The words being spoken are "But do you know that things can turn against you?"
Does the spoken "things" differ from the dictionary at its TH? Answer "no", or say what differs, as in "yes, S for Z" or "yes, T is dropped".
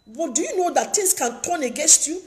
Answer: yes, T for TH